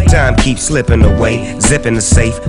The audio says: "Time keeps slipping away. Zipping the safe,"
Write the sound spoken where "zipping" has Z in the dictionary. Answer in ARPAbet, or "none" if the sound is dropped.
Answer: Z